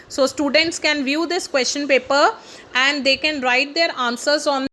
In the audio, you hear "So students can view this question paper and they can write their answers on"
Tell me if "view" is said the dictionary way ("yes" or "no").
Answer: yes